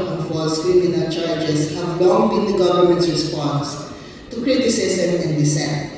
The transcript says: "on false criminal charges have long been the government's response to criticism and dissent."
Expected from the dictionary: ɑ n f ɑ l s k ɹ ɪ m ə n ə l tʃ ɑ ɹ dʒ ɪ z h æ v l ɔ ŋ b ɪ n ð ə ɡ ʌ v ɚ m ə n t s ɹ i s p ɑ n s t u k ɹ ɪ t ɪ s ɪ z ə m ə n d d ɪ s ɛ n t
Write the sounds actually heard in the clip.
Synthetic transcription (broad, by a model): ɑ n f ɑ s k ɹ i m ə n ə l tʃ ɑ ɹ dʒ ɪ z h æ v l ɔ ŋ b ɪ n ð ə ɡ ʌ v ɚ m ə n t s ɹ i s p ɑ n s t u k ɹ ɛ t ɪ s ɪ s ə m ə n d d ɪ s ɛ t